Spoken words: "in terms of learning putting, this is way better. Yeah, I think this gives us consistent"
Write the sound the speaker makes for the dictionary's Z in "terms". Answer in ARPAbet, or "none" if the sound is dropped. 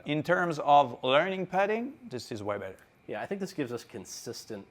Z